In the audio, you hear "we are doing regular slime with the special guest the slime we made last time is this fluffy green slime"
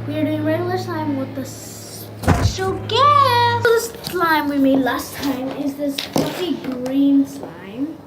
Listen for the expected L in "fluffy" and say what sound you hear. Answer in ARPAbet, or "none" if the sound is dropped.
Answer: none